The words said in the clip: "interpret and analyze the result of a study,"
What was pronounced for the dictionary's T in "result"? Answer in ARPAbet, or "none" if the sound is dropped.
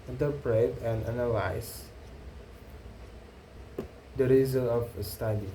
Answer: none